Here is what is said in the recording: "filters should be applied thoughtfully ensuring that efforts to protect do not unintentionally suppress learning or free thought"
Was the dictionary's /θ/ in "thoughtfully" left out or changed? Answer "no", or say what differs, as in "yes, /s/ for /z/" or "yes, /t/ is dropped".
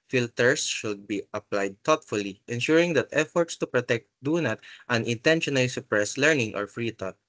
yes, /t/ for /θ/